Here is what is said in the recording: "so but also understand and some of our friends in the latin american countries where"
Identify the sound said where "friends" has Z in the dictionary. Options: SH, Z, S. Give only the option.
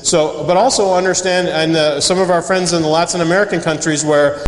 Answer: Z